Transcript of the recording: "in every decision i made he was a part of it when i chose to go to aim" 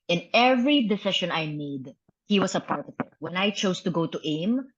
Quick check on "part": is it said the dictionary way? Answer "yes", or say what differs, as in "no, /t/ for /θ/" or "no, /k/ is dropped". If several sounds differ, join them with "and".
yes